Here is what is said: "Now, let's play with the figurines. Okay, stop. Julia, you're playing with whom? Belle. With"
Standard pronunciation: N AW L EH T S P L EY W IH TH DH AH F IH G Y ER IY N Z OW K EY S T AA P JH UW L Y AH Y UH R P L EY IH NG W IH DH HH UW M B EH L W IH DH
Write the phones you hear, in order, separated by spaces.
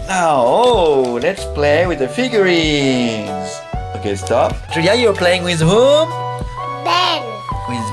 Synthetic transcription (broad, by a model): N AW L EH T S P L EY W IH DH AH F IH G Y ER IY Z OW K EY S T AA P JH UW Y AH Y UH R P L EY IH NG W IH DH HH UW M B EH N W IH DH